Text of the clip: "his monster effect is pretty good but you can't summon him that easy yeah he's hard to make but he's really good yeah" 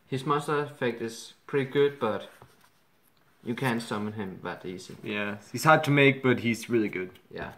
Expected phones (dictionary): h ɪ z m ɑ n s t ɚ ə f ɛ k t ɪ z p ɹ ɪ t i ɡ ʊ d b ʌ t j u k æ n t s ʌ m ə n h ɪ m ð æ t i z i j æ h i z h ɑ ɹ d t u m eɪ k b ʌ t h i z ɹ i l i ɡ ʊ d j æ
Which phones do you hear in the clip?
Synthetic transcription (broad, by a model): h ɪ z m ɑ s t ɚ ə f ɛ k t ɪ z p ɹ ɪ t i ɡ ʊ d b ʌ t j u k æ n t s ʌ m ə n h ɪ m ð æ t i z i j æ h i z h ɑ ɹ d t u m eɪ k b ʌ t h i z ɹ i l i ɡ ʊ d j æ